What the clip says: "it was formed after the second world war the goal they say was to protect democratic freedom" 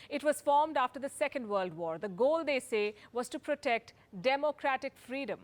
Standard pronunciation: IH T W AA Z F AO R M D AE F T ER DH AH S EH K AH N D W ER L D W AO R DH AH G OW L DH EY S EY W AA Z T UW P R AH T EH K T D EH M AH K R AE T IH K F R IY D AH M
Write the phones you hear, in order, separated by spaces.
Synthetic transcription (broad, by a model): IH T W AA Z F AO R M D AE F T ER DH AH S EH K AH N D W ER L D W AO R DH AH G OW L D EY S EY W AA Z T UW P R AH T EH K T D EH M AH K R AE T IH K F R IY D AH M